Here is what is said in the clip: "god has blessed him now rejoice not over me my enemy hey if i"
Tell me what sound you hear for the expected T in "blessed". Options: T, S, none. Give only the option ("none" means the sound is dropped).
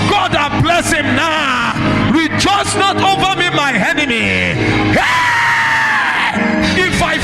none